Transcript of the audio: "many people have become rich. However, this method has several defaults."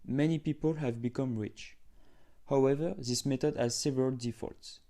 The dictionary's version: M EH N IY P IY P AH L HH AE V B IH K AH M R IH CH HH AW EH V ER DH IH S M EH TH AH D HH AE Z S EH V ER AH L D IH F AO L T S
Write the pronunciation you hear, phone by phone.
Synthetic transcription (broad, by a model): M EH N IY P IY P AH L HH AE V B IH K AH M R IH CH HH AW EH V ER DH IH S M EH T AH D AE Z S EH V ER AH L D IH F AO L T S